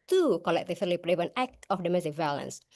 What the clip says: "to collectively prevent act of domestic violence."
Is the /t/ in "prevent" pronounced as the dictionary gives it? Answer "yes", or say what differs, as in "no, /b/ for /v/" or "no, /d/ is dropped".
no, /t/ is dropped